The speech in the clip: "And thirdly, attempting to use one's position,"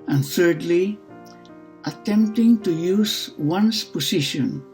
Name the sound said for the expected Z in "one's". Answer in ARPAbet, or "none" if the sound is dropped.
S